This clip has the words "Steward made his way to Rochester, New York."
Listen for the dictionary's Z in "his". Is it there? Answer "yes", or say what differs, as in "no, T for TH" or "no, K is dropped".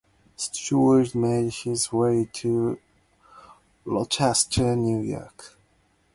yes